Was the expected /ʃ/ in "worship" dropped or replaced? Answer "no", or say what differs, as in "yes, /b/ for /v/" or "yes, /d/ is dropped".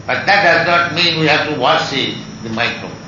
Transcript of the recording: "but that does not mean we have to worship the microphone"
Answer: yes, /s/ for /ʃ/